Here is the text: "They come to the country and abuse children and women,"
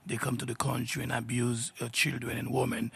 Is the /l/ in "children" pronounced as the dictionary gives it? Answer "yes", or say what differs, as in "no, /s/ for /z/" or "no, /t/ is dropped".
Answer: yes